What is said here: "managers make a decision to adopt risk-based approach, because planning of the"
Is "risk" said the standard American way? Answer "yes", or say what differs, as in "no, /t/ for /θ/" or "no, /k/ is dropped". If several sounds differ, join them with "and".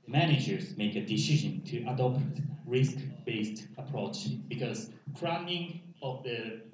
yes